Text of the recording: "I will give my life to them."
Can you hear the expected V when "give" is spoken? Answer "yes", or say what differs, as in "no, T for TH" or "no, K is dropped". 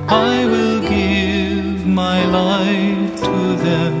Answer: yes